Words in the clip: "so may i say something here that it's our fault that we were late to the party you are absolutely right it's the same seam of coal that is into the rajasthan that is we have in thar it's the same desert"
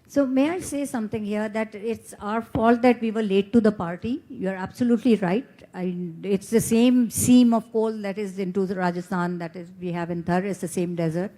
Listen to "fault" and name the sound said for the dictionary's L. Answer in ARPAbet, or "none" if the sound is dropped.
L